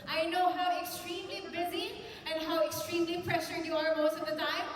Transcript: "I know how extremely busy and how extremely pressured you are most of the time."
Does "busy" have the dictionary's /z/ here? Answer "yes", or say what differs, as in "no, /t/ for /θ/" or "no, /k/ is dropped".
yes